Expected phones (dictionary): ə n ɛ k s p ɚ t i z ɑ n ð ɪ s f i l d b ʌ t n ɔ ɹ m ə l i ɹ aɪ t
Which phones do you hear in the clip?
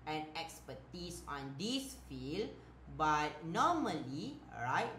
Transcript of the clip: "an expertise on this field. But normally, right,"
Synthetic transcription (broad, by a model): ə n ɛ k s p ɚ t i s ɑ n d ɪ s f i l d b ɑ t n ɔ m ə l i ɹ aɪ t